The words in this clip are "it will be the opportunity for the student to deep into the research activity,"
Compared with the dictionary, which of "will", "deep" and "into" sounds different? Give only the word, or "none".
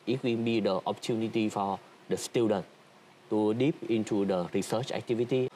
will